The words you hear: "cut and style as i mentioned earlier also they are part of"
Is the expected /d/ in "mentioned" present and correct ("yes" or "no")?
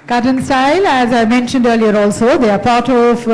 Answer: yes